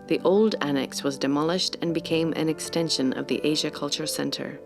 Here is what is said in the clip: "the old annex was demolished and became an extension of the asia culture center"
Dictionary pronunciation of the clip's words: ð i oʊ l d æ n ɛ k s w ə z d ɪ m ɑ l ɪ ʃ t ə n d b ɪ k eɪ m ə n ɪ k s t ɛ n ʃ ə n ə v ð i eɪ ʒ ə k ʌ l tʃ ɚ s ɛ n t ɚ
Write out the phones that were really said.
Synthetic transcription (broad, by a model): ð i oʊ l d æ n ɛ k s w ə z d ɪ m ɑ l ɪ ʃ t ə n b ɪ k eɪ m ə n ɪ k s t ɛ n ʃ ə n ə v ð i eɪ ʒ ə k ʌ l tʃ ɚ s ɛ n t ɚ